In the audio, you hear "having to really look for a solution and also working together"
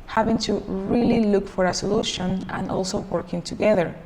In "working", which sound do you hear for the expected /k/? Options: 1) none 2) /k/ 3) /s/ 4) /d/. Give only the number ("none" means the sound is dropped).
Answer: 2